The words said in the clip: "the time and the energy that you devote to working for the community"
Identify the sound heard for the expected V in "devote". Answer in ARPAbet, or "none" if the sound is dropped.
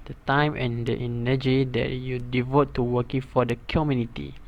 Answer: V